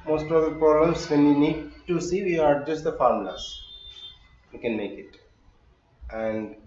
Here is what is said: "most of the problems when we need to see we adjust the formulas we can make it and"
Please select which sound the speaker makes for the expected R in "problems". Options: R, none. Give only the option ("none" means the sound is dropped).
none